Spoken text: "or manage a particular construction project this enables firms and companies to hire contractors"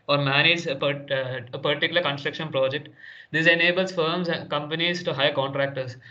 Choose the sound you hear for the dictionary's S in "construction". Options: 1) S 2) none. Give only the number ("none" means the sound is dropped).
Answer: 1